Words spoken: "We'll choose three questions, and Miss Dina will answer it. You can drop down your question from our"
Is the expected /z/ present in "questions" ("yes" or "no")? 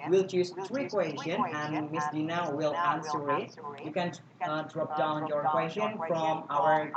no